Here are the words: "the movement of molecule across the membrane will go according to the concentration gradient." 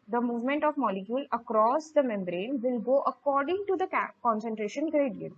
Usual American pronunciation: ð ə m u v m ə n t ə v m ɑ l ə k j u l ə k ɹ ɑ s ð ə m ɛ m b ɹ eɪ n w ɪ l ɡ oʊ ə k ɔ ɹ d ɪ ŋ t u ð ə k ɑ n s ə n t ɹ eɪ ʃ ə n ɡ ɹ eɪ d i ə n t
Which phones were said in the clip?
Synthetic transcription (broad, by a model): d ə m u v m ə n t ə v m ɑ l ə k j u l ə k ɹ ɑ s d ə m ɛ m b ɹ eɪ n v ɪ l ɡ oʊ ə k ɔ ɹ d ɪ ŋ t u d ə k ɑ n s ə n t ɹ eɪ ʃ ə n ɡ ɹ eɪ d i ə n